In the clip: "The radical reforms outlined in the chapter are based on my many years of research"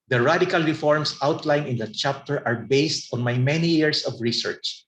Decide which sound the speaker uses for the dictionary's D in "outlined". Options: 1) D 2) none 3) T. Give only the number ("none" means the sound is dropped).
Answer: 2